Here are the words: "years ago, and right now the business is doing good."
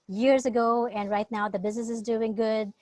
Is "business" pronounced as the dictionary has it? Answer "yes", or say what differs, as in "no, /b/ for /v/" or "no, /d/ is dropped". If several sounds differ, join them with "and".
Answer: yes